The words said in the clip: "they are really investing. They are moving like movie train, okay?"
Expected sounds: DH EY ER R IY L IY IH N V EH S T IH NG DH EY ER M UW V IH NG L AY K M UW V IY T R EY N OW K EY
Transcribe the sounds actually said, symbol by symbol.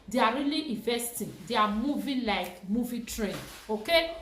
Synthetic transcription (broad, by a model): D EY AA R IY L IY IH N V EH S T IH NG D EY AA M UW V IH L AY K M UW V IY T R EY N OW K EY